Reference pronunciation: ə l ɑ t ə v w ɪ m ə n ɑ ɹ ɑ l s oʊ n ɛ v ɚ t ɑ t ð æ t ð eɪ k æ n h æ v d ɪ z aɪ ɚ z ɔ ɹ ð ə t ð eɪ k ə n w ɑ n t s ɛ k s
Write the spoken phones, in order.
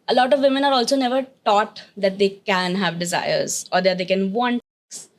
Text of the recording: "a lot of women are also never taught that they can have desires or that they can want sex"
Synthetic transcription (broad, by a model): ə l ɑ t ə v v ɪ m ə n ɑ ɹ ɑ l s oʊ n ɛ v ɚ t ɑ t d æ t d eɪ k æ n h æ v d ɪ z aɪ ɚ z ɔ ɹ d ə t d eɪ k ə n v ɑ n t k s